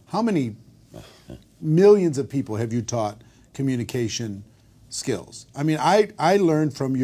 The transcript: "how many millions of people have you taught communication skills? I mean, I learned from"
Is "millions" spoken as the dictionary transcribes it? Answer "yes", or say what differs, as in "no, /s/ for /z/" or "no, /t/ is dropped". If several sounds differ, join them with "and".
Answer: yes